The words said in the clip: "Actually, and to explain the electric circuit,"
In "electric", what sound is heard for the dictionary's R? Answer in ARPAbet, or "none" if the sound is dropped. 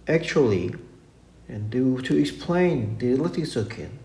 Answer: none